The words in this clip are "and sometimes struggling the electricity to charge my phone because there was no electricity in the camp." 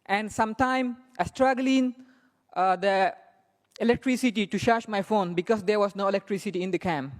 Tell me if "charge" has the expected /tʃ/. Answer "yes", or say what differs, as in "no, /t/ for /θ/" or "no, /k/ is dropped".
no, /ʃ/ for /tʃ/